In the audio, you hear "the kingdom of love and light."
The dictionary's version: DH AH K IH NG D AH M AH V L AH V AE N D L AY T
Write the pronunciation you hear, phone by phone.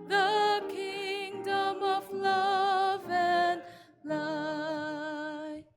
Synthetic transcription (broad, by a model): DH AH K IH NG D AH M AH V L AH V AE N L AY